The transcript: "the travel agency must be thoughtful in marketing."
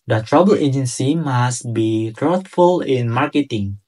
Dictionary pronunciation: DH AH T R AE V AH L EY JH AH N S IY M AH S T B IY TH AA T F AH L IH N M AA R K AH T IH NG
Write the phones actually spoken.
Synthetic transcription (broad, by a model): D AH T R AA B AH L EY JH AH N S IY M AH S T B IY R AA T F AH L IH N M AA R K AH T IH NG